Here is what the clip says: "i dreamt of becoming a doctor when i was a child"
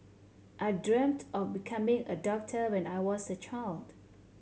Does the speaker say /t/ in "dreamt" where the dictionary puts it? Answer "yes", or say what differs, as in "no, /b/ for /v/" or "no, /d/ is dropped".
yes